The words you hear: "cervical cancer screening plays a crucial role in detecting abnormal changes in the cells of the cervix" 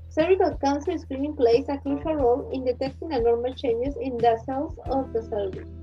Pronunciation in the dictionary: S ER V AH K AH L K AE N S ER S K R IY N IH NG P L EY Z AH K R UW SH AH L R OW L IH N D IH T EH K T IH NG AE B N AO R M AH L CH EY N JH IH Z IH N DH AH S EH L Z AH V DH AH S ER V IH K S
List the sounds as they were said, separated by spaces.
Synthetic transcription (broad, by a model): S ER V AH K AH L K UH N S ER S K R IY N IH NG P L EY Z AH K R UW SH AH L R OW L IH N D IH T EH K T IH NG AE N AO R M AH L CH EY N JH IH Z IH N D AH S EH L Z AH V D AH S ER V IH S